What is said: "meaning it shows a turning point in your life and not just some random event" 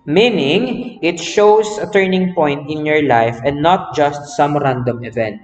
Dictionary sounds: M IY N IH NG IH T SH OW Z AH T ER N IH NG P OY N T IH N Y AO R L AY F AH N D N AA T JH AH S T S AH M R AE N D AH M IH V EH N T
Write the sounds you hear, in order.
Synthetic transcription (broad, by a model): M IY N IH NG IH T SH OW S AH T ER N IH NG P OY N T IH N Y AO R L AY F AH N D N AA T JH AH S T S AH M R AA N D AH M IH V EH N T